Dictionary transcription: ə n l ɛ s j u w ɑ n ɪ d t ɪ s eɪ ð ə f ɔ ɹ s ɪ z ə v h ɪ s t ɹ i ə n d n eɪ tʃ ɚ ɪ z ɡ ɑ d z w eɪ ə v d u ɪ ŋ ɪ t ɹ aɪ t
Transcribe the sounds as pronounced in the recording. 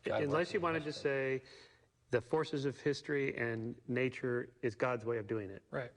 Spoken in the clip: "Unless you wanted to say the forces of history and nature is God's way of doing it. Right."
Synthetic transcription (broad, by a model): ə n l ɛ s j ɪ w ɑ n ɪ d t ɪ s eɪ ð ə f ɔ ɹ s ɪ z ə v h ɪ s t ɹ i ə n n eɪ tʃ ɚ ɪ z ɡ ɑ d z w eɪ ə v d u ɪ ŋ ɪ t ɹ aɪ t